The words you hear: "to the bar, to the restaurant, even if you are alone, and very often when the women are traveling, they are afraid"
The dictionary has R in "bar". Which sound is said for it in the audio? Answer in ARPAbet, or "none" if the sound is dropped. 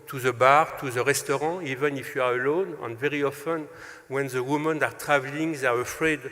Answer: R